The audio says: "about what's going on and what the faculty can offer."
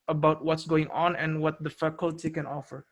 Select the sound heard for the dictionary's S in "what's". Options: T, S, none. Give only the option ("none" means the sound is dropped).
S